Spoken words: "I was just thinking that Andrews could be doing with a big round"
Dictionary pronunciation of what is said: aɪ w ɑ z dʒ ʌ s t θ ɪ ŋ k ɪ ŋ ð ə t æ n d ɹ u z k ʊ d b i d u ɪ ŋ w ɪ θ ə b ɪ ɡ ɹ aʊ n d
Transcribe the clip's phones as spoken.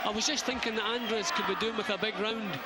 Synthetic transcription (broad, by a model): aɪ w ɑ z dʒ ʌ s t θ ɪ ŋ k ɪ ŋ ð ə t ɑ n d ɹ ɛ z k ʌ d b i d u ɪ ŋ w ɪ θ ə b ɪ ɡ ɹ aʊ n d